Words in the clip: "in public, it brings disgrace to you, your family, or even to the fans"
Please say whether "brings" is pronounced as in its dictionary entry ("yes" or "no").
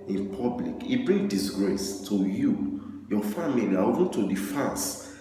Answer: no